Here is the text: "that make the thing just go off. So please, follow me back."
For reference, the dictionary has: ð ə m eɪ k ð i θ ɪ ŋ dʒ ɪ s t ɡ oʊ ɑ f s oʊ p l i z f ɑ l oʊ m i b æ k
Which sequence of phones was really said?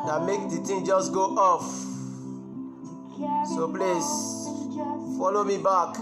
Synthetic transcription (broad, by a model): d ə m eɪ k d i t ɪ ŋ dʒ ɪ s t ɡ oʊ ɑ f s oʊ p l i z f ɑ l oʊ m i b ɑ k